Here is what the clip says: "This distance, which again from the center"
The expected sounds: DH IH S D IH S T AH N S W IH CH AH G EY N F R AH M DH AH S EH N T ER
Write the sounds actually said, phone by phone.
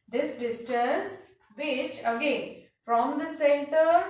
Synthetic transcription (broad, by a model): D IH S D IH S T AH S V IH CH AH G EY N F R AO M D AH S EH N T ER